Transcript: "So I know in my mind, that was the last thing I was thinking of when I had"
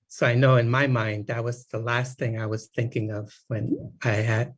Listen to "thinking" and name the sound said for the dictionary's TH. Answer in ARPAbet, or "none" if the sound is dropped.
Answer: TH